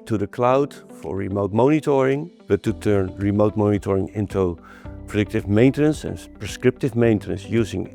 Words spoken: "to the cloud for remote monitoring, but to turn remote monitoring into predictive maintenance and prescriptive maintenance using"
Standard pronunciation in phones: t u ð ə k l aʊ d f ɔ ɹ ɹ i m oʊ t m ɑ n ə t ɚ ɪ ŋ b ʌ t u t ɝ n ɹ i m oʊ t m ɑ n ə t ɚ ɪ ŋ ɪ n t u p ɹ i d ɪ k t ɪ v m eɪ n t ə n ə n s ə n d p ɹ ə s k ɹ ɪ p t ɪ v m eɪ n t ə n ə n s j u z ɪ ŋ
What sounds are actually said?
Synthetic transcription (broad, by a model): t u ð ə k l aʊ d f ɔ ɹ ɹ i m oʊ t m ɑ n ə t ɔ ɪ ŋ b ʌ t u t ɝ n ɹ i m oʊ t m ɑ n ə t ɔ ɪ ŋ ɪ n t u p ɹ i d ɪ k t ɪ v m eɪ n t ə n ə n s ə n p ɹ ə s k ɹ ɪ p t ɪ v m eɪ n t ə n ə n s j u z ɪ ŋ